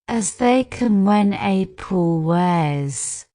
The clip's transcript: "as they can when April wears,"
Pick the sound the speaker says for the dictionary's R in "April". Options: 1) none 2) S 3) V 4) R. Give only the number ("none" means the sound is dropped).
1